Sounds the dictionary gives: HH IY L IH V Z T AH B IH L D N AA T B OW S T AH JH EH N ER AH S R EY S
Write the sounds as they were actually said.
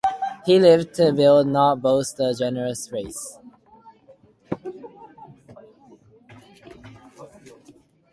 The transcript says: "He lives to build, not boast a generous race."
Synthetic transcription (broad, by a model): HH IY L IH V T AH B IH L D N AA T B OW S T AH JH EH N ER AH S R EY S